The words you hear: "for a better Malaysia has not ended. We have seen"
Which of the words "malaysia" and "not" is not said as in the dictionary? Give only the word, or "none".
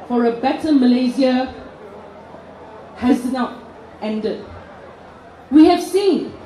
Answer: malaysia